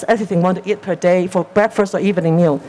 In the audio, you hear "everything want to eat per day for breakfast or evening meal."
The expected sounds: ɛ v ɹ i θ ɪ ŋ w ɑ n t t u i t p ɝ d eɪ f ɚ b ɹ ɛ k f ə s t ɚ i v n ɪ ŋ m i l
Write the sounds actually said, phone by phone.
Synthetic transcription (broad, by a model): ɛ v ɹ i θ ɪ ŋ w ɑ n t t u i t p ɝ d eɪ f ɚ b ɹ ɛ k f ə s t ɚ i v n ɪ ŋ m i l